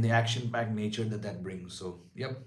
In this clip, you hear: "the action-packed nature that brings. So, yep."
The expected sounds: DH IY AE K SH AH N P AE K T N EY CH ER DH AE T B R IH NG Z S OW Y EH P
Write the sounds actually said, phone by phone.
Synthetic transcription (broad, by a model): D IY AE K SH AH N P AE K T N EY CH ER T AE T B R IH NG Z S OW Y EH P